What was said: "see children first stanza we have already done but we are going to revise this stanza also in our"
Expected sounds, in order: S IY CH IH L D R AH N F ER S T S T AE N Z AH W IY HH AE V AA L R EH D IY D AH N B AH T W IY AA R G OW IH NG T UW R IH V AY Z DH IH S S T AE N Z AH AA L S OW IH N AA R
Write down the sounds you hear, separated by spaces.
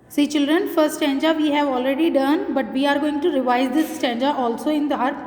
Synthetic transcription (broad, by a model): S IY CH IH L D R AH N F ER T S T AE N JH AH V IY HH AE V AA L R EH D IY D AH N B AH T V IY AA R G OW IH NG T UW R IH V AY Z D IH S S T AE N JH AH AA L S OW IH N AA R